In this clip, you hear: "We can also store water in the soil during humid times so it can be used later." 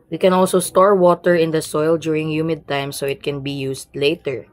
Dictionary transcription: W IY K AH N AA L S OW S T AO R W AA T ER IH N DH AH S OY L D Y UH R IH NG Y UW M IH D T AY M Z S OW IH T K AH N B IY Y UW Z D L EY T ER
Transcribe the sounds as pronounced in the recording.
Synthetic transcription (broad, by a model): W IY K AH N AA L S OW S T AO R W AA T ER IH N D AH S OY L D Y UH R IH NG Y UW M IH D T AY M S OW IH T K AH N B IY Y UW S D L EY T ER